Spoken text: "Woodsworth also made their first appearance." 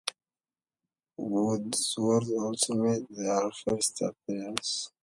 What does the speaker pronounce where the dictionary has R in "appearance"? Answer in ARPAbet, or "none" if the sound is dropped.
none